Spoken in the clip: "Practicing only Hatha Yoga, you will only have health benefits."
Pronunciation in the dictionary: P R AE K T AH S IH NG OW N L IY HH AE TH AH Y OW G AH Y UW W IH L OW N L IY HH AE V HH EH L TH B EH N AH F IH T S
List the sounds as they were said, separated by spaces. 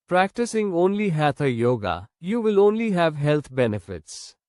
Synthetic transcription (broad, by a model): P R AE K T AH S IH NG OW N L IY HH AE T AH Y OW G AH Y UW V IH L OW N L IY HH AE V HH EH L T B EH N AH F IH T S